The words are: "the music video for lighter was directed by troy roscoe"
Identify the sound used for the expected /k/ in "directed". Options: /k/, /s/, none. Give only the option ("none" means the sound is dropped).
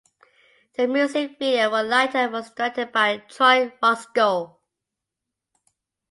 none